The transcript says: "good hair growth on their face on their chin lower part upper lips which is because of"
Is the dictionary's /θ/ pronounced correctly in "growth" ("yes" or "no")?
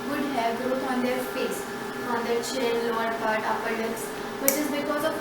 no